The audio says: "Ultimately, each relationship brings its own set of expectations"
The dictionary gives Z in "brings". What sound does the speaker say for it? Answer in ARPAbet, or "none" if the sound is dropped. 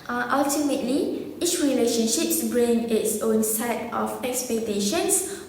none